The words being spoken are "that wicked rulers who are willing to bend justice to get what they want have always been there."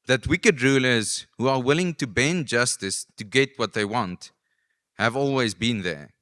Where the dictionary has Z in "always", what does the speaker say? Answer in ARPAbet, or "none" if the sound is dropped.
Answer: Z